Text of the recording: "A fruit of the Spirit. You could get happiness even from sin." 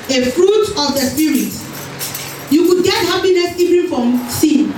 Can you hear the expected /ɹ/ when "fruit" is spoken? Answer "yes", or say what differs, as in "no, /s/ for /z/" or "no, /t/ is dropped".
yes